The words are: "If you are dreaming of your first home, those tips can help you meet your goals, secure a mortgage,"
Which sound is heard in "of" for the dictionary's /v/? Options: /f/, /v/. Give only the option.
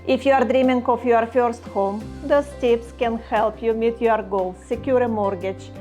/f/